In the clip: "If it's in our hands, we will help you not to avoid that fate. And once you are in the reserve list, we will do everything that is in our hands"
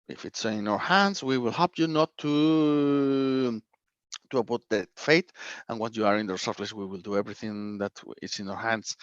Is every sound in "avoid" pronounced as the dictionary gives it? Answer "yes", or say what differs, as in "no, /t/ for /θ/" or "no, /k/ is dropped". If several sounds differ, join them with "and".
no, /p/ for /v/